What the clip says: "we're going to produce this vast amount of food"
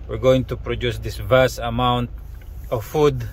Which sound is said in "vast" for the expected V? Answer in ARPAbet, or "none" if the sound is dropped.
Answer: V